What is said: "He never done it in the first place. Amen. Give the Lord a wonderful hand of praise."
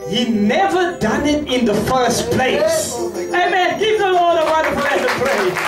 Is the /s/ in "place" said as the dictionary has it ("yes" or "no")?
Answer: yes